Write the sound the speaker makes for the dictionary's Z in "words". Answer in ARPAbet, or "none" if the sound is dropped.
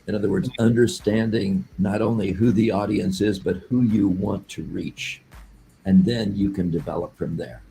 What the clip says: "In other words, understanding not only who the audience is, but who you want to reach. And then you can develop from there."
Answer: Z